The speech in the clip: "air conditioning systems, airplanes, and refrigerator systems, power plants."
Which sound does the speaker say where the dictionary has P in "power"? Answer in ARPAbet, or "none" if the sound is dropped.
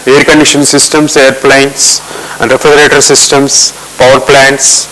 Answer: P